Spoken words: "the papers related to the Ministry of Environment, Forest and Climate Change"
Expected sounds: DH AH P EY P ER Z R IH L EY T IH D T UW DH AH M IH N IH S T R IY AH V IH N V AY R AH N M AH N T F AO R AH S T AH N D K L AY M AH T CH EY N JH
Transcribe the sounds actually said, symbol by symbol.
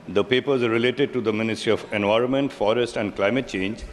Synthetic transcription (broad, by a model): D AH P EY P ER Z R IH L EY T IH D T UW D AH M IH N IH S T R IY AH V IH N V AY R AH N M AH N T F AO R AH S T AH N D K L AY M AH T CH EY N JH